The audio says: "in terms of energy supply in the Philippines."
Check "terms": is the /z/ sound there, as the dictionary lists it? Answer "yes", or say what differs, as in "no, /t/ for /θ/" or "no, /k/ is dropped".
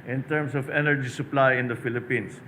no, /s/ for /z/